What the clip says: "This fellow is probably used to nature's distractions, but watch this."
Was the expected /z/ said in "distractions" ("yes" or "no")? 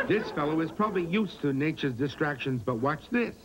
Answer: yes